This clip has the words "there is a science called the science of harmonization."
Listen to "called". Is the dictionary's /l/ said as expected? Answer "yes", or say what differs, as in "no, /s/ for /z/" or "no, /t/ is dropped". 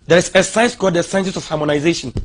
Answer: no, /l/ is dropped